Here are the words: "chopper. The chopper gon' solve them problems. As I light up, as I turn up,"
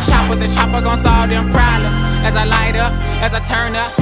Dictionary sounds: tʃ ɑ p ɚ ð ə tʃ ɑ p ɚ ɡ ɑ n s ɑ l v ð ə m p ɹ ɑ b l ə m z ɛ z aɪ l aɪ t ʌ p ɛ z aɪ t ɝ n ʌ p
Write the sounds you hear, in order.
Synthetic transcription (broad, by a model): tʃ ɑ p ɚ ð ə tʃ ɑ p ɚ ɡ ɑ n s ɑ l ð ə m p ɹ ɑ l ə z z aɪ l aɪ t ʌ p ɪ z aɪ t ɝ n ʌ p